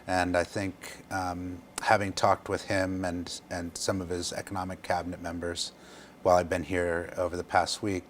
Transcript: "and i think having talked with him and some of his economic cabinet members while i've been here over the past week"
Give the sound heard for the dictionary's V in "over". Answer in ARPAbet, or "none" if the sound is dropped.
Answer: V